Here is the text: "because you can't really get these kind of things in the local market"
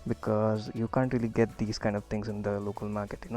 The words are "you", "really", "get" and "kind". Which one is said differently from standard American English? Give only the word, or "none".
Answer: none